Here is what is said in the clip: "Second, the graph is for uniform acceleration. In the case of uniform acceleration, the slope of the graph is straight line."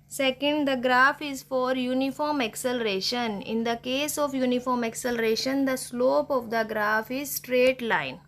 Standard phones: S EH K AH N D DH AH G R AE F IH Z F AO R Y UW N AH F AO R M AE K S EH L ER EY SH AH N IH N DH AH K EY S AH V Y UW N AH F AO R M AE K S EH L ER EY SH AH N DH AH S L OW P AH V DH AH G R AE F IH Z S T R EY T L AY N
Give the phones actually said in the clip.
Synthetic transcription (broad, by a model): S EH K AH N D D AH G R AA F IH Z F AO R Y UW N AH F AO R M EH K S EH L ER EY SH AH N IH N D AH K EY S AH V Y UW N AH F AO R M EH K S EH L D EY SH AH N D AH S L OW P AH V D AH G R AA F IH Z S T R EY T L AY N